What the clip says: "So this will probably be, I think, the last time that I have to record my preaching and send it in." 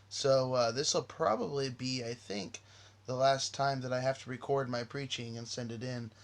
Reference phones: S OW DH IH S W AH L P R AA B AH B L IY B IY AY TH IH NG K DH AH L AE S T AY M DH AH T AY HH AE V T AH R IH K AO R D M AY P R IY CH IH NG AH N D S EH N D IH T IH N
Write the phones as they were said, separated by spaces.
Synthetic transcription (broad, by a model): S OW DH IH S W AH L P R AA B AH B L IY B IY AY TH IH NG K DH AH L AE S T AY M DH AH T AY HH AE F T AH R IH K AO R D M AY P R IY CH IH NG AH N S EH N D IH T IH N